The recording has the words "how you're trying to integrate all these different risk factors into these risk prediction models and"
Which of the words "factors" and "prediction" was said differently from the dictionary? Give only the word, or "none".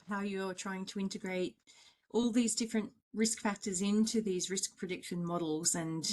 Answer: none